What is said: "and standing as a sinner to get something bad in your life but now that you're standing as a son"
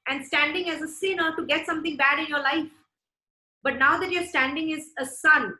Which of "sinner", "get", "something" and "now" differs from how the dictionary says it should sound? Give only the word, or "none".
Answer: something